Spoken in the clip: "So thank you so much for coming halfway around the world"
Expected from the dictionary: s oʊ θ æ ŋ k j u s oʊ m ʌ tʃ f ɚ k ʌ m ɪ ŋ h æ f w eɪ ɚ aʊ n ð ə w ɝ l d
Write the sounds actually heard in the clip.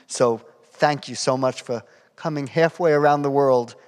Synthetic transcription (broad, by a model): s oʊ θ æ ŋ k j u s oʊ m ʌ tʃ f ɚ k ʌ m ɪ ŋ h æ f w eɪ ɚ aʊ n ð ə w ɝ l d